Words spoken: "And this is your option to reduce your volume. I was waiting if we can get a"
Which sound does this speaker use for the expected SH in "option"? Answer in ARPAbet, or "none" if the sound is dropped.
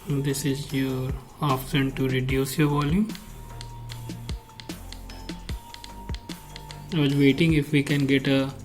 S